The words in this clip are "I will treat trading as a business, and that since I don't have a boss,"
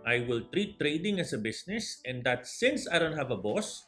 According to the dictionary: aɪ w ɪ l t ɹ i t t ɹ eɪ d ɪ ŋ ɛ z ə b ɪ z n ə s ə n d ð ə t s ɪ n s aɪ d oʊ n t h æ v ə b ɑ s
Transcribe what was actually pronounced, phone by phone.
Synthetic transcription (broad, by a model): aɪ w ɪ l t ɹ i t t ɹ eɪ d ɪ ŋ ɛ s ə b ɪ s n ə s ə n d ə t s ɪ n s aɪ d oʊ n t h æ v ə b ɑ s